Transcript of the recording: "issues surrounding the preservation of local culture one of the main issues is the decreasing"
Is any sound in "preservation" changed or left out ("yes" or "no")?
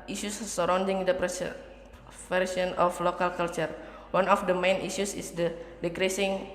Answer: yes